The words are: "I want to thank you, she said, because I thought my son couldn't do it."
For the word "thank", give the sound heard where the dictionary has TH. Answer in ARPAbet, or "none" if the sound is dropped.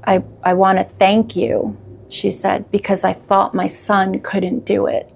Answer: TH